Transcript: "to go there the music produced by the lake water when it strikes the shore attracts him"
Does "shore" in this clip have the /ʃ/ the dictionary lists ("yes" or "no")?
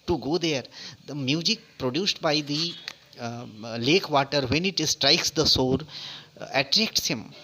no